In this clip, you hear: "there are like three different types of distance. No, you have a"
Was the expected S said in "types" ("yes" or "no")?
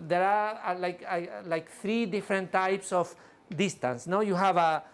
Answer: yes